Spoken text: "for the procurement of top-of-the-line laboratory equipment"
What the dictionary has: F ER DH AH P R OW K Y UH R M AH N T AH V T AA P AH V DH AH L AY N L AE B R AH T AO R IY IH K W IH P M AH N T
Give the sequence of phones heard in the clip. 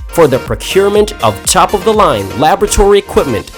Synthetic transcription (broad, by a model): F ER DH AH P R OW K Y UH R M AH N T AH V T AA P AH V DH AH L AY N L AE B R AH T AO R IY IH K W IH P M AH N T